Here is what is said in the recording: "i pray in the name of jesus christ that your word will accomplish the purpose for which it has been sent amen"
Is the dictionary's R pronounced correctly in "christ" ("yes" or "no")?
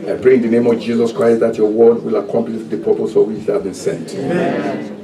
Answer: yes